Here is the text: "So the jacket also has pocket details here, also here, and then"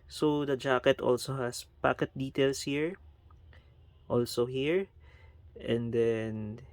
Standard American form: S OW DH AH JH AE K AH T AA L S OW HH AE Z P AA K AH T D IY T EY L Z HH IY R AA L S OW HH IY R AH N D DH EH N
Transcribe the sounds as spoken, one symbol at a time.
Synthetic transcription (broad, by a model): S OW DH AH JH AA K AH T AA L S OW HH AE S P AA K AH T D IY T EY L S HH IY R AA L S OW HH IY R AH N D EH N